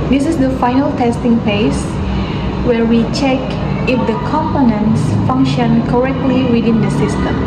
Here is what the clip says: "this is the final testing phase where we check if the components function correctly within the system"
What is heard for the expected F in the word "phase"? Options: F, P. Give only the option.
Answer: P